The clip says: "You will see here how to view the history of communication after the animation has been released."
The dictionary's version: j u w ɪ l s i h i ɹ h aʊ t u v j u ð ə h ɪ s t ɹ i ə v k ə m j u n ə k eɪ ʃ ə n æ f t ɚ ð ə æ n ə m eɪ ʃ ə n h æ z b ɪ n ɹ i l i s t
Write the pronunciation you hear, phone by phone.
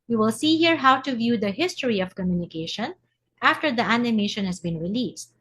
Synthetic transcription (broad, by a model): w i w ɪ l s i h i ɹ h aʊ t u v j u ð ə h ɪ s t ɹ i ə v k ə m j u n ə k eɪ ʃ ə n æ f t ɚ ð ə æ n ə m eɪ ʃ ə n h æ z b ɪ n ɹ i l i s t